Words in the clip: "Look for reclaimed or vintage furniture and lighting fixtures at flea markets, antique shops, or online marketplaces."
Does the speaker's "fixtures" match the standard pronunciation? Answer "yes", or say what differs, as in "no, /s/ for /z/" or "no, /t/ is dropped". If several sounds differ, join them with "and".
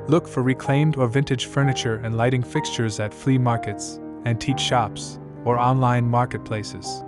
yes